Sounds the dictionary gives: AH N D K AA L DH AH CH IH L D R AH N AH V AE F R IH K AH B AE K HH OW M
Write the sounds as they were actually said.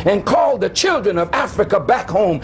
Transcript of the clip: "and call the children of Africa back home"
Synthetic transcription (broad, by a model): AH N K AA L DH AH CH IH L D R AH N AH V AE F R IH K AH B AE K HH OW M